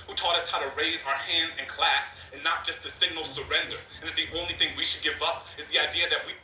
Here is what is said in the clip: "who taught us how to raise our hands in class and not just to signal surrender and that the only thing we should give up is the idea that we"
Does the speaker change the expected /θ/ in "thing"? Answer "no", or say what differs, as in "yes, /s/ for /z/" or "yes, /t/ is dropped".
no